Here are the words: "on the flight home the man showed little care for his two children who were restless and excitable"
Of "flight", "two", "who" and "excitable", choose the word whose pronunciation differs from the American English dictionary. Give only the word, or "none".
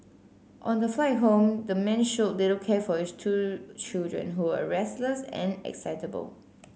none